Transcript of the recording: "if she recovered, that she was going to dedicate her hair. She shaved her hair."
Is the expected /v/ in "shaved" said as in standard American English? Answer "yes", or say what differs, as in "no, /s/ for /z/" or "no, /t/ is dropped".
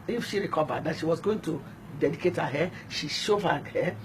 no, /v/ is dropped